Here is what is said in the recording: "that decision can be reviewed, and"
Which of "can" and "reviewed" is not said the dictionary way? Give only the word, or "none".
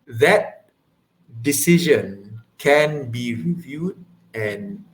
none